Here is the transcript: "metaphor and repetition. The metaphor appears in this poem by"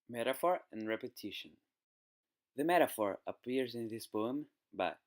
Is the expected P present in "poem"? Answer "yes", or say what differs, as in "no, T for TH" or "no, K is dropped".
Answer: no, B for P